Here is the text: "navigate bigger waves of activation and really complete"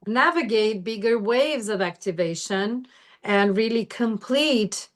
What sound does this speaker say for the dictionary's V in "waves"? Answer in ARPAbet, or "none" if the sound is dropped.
V